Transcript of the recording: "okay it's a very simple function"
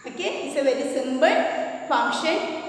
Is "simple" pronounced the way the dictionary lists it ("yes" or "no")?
no